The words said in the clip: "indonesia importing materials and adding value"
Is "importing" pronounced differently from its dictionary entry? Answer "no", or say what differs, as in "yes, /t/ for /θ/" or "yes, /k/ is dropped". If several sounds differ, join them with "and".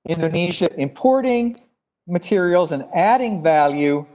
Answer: no